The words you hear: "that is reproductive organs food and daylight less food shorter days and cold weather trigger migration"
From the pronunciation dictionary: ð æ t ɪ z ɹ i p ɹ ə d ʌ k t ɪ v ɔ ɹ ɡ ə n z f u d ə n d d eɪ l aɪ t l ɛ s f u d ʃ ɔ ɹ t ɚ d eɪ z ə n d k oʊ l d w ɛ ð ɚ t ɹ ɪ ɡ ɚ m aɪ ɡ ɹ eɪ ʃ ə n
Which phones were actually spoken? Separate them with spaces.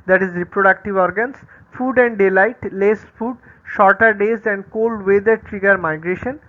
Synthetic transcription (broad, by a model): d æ t ɪ z ɹ i p ɹ ə d ʌ k t ɪ v ɔ ɹ ɡ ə n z f u d ə n d d eɪ l aɪ t l ɛ s f u d ʃ ɔ ɹ t ɚ d eɪ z ə n d k oʊ l d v ɛ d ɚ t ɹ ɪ ɡ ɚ m aɪ ɡ ɹ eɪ ʃ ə n